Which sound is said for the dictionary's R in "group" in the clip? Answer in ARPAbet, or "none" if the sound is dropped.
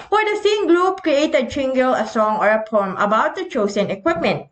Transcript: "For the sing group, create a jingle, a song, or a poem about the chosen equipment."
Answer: L